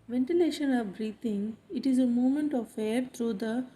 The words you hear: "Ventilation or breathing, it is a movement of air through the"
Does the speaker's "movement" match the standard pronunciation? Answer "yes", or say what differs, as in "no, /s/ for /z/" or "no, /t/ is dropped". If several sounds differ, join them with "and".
no, /v/ is dropped